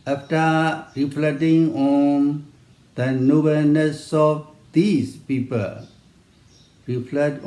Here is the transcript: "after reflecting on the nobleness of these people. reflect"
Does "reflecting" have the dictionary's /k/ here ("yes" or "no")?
no